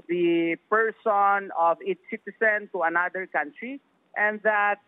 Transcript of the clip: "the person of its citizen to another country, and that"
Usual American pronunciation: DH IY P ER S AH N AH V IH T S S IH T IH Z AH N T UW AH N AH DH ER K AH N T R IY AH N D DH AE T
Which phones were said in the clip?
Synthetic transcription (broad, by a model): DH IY P ER S AH N AH V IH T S S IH T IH S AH N T UW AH N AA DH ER K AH N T R IY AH N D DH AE T